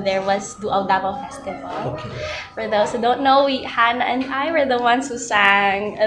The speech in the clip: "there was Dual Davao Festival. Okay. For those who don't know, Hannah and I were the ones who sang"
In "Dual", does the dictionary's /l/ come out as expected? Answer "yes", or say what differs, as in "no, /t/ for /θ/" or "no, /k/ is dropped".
no, /w/ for /l/